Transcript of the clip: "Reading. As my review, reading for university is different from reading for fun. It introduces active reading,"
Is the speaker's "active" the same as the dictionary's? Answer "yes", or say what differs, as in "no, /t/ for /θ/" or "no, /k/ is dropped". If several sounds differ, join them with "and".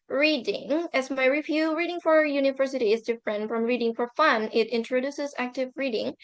yes